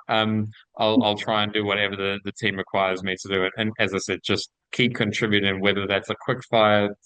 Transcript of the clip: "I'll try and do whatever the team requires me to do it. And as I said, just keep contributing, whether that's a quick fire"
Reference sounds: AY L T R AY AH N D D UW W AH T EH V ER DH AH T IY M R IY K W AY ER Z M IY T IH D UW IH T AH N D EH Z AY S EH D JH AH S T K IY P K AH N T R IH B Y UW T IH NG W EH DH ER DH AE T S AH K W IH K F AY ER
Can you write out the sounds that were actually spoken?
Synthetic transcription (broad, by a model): AY L T R AY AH N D D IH W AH T EH V ER DH AH T IY M R IY K W AY ER Z M IY T IH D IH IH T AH N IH Z AY S EH D JH AH S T K IY P K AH N T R IH B Y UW T IH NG W EH DH ER DH AE T S AH K W IH K F AY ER